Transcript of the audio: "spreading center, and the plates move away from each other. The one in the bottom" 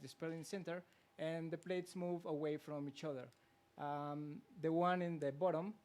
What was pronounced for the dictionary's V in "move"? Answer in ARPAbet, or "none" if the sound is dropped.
V